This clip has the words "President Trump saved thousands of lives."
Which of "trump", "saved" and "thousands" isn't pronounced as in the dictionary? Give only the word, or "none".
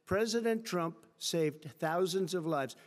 none